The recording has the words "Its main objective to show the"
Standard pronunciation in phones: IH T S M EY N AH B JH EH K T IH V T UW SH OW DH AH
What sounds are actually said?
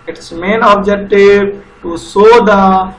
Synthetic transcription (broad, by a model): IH T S M EY N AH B JH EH K T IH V T UW S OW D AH